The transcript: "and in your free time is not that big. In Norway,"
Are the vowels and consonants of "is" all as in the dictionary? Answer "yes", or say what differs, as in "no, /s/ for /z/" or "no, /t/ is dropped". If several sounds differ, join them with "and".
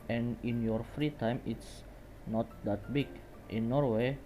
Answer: no, /s/ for /z/